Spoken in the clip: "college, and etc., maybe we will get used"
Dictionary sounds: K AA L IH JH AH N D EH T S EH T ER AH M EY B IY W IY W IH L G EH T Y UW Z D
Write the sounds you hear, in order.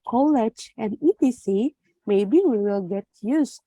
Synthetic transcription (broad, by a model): K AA L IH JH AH N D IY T IY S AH M EY B IY W IY W IH L G EH T Y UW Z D